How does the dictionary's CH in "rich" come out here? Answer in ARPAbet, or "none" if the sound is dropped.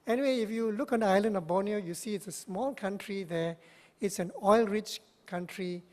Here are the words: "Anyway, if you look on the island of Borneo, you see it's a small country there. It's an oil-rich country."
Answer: CH